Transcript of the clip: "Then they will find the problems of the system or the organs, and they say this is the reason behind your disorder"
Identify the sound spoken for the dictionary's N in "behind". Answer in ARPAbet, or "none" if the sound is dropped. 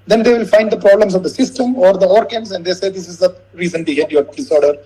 none